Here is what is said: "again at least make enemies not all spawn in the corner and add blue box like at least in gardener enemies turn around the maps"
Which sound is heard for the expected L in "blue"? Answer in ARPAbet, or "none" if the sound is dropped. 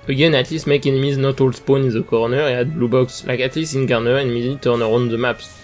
L